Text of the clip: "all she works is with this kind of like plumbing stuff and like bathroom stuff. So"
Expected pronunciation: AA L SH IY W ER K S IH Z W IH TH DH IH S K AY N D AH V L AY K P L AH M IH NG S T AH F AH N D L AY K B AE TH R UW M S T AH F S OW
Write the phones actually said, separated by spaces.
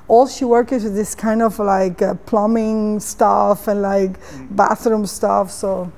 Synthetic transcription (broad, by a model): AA L SH IY W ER K IH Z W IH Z DH IH S K AY N D AH V L AY K P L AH M IH NG S T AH F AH N L AY K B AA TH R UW M S T AH F S OW